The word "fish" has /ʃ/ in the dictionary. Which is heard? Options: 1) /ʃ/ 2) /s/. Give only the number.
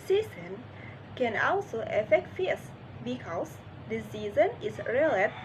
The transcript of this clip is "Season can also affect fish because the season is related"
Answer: 2